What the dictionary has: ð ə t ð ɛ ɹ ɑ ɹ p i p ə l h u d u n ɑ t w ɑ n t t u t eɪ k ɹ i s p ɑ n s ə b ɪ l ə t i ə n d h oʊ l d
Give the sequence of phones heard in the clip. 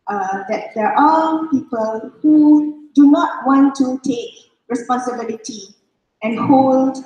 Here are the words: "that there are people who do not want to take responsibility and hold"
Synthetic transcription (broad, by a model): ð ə t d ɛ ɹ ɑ l p i p ə l h u d u n ɑ t w ɑ n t t u t eɪ k ɹ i s p ɑ n s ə b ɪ l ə t i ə n h oʊ l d